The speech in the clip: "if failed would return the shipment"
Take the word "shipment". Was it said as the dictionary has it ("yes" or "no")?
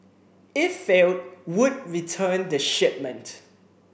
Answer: yes